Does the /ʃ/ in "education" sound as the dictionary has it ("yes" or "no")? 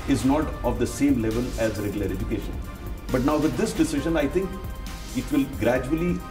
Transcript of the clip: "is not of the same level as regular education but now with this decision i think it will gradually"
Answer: yes